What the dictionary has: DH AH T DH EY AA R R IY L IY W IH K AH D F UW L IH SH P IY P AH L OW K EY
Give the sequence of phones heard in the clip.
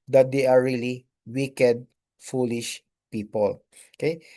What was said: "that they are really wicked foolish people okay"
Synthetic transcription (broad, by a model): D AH T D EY AA R R IY L IY W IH K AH D F UW L IH SH P IY P AH L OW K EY